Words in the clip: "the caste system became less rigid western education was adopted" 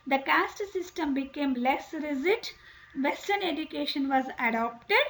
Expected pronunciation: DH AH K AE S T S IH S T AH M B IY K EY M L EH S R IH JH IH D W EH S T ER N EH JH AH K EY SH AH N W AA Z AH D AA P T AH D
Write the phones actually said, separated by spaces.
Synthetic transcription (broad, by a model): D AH K AE S T S IH S T AH M B IY K EY M L EH S R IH Z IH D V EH S T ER N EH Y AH K EY SH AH N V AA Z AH D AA P T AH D